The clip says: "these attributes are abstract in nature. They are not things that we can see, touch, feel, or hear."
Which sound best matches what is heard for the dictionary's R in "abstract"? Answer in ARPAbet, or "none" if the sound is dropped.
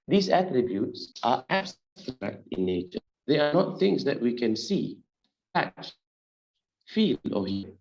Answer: none